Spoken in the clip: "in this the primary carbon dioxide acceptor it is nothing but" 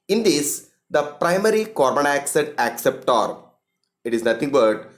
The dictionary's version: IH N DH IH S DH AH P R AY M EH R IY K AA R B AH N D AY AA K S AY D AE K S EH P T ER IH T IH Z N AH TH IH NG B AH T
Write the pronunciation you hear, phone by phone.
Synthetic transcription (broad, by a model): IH N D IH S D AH P R AY M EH R IY K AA R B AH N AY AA K S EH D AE K S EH P T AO IH T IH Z N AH T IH NG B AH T